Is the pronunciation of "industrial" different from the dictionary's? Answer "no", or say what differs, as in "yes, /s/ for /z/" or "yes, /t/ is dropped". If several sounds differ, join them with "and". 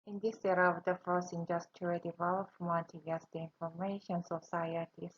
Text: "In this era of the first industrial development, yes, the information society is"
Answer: yes, /ɹ/ is dropped